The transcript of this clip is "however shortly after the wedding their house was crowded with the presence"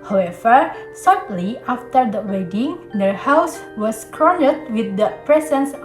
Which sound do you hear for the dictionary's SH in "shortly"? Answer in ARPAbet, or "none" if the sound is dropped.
S